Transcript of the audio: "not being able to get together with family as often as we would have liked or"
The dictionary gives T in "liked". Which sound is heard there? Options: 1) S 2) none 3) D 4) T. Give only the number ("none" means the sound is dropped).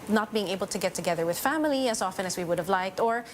4